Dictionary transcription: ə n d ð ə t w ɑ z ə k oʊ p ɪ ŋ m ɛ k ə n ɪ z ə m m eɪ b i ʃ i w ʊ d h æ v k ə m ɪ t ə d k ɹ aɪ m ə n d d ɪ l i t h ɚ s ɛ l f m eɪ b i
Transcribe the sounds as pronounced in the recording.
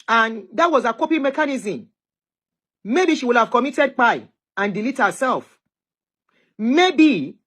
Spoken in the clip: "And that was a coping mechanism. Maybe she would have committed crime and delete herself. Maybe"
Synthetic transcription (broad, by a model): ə n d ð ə t w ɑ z ə k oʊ p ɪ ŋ m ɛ k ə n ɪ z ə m m eɪ b i ʃ i w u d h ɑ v k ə m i t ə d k aɪ ə n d d ɪ l i t h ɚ s ɛ l f m eɪ b i